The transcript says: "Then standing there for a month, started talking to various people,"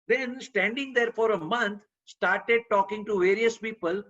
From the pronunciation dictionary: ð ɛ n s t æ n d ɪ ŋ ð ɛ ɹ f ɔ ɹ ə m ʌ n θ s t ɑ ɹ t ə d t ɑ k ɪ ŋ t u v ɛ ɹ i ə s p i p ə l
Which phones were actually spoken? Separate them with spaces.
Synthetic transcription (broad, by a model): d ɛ n s t æ n d ɪ ŋ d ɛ ɹ f ɔ ɹ ə m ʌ n t s t ɑ ɹ t ə d t ɑ k ɪ ŋ t u v ɛ ɹ i ə s p i p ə l